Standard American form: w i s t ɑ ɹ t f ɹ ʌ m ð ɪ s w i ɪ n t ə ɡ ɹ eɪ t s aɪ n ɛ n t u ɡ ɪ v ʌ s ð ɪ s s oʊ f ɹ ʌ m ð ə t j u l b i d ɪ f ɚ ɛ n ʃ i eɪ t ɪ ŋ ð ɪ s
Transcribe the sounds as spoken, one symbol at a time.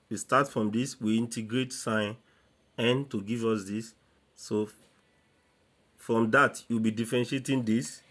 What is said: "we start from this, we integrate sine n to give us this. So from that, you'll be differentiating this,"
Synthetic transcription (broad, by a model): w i s t ɑ t f ɹ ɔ m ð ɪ s w i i n t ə ɡ ɹ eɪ t s aɪ n ɛ n t u ɡ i v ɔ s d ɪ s s oʊ f ɹ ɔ m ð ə t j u w b i d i f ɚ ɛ n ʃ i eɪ t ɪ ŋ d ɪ s